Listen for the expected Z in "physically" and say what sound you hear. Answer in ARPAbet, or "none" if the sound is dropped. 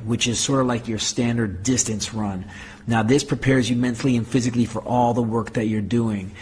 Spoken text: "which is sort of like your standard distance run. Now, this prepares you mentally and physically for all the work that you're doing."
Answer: Z